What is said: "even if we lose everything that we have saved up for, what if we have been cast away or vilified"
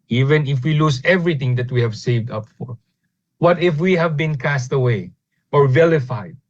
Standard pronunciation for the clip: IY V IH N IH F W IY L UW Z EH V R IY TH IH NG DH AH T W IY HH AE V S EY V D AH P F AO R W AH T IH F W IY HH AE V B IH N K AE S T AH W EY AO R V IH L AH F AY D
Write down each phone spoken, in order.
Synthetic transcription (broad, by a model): IY V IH N IH F W IY L UW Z EH V R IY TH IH NG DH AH T W IY HH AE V S EY V D AH P F AO R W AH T IH F W IY HH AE V B IH N K AE S T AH W EY AO R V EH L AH F AY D